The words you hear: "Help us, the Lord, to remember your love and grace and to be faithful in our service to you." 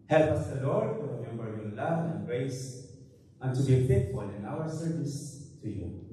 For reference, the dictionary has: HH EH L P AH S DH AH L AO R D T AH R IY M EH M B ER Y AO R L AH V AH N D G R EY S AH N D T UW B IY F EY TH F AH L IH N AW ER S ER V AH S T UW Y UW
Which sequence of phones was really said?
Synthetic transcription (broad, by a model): HH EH L P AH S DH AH L AO R D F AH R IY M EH M B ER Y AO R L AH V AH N G R EY S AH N T UW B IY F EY T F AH L IH N AW ER S ER V AH S T UW Y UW